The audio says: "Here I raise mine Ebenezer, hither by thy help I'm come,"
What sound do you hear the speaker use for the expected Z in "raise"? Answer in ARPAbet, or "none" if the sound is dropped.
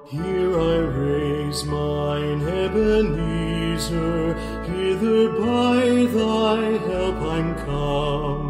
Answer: Z